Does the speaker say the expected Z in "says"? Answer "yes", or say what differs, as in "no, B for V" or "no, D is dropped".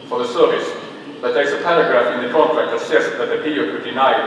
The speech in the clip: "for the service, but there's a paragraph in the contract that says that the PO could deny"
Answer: no, S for Z